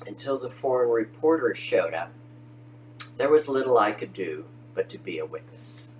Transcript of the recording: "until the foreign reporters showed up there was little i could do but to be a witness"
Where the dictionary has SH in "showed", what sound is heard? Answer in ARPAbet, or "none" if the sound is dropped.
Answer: SH